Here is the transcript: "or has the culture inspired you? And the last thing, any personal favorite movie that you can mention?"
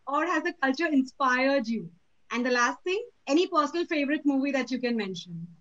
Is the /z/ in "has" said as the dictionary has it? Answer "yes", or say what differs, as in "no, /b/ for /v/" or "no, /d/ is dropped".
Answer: yes